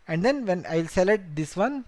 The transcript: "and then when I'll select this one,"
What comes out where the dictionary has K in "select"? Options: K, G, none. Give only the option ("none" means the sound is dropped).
none